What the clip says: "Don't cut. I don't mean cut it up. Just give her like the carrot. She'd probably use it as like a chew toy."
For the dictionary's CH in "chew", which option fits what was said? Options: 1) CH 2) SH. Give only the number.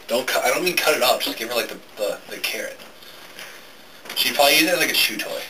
2